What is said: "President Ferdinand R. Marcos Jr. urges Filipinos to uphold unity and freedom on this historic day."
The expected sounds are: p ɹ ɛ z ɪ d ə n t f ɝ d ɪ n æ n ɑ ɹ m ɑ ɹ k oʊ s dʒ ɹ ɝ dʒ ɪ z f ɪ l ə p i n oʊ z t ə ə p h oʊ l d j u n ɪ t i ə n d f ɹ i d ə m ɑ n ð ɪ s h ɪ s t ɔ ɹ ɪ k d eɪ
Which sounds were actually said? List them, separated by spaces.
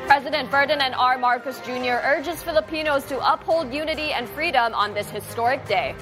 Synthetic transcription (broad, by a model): p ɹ ɛ z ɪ d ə n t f ɝ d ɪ n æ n ɑ ɹ m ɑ ɹ k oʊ s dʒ ɹ ɝ dʒ ɪ z f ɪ l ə p i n oʊ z t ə ə p h oʊ l d j u n ɪ t i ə n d f ɹ i d ə m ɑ n ð ɪ s h ɪ s t ɔ ɹ ɪ k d eɪ